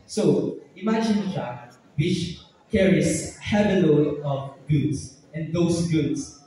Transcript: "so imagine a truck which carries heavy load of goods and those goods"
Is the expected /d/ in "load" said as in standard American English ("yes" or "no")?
no